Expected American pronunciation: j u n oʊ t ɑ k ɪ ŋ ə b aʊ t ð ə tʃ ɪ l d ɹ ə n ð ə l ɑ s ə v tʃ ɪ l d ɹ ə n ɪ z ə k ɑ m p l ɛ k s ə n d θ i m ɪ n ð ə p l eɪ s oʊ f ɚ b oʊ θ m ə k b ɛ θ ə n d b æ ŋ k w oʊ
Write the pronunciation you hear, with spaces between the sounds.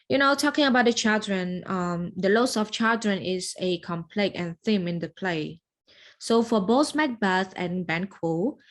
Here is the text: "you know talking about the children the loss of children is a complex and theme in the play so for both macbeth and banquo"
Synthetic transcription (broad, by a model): j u n oʊ t ɑ k ɪ ŋ ə b aʊ t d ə tʃ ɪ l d ɹ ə n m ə l ɑ s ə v tʃ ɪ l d ɹ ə n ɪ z ə k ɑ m p l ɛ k ə n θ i m ɪ n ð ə p l eɪ s oʊ f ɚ b oʊ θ m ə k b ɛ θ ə n b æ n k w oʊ